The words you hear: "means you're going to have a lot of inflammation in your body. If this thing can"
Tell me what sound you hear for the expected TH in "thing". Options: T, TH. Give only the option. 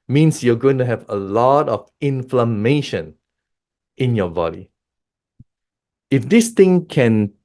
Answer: T